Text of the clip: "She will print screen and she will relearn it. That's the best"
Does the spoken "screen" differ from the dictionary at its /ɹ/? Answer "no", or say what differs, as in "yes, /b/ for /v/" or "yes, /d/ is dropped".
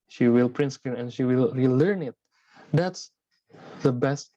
yes, /ɹ/ is dropped